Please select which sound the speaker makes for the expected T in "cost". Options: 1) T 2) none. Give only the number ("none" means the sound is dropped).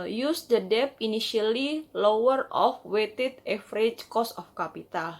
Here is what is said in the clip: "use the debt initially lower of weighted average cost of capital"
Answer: 2